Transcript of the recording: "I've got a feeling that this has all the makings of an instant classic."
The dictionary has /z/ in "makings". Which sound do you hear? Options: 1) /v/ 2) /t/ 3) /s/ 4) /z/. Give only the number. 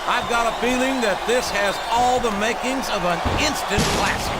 4